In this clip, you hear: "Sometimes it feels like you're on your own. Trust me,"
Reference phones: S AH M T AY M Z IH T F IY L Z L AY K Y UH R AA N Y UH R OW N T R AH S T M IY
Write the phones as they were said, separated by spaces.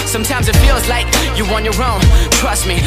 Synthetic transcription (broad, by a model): S AH M T AY M Z IH T F IY L Z L AY K Y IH W AA N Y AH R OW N T R AH S T M IY